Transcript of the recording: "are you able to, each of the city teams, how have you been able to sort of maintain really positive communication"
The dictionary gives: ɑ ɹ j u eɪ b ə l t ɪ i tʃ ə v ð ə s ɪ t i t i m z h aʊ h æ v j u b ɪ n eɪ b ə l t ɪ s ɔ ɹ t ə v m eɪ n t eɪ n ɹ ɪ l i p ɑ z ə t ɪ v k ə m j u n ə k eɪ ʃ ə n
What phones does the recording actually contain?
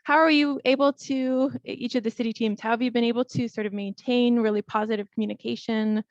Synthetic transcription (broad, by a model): ɑ ɹ j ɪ eɪ b l t ɪ i tʃ ə v ð ə s ɪ t i t i m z h aʊ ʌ v j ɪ b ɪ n eɪ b l t ɪ s ɔ ɹ t ə v m eɪ n t eɪ n ɹ ɪ l i p ɑ z ə t ɪ v k m j u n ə k eɪ ʃ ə n